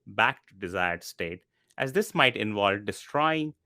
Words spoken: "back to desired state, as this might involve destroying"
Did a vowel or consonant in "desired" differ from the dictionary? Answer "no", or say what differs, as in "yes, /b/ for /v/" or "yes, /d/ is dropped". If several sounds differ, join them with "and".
no